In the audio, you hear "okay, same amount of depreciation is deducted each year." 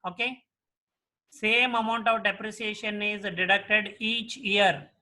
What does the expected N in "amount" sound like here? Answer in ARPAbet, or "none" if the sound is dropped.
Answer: N